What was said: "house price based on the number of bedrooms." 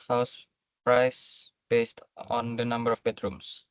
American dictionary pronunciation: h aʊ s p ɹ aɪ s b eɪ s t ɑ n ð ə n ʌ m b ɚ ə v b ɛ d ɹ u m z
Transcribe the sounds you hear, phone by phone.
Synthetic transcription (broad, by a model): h aʊ s p ɹ aɪ s b eɪ s t ɑ n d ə n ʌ m b ɚ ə f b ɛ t ɹ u m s